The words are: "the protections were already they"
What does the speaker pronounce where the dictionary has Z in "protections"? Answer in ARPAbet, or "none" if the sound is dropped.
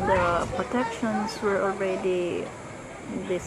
S